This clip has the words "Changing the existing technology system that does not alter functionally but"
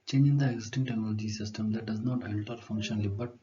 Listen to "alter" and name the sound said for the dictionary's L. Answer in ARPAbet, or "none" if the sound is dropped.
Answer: N